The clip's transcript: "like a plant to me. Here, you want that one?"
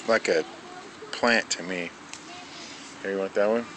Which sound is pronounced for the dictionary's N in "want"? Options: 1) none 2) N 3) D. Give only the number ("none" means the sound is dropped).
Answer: 1